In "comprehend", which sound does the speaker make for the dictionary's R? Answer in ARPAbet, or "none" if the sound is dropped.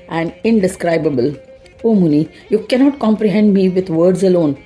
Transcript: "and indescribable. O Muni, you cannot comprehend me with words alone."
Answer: R